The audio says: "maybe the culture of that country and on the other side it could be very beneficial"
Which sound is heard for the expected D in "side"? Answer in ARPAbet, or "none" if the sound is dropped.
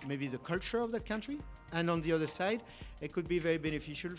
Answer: D